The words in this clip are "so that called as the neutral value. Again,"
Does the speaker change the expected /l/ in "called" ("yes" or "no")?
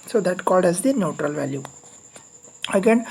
no